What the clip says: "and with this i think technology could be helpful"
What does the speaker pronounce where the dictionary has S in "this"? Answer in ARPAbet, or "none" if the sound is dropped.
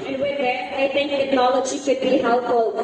none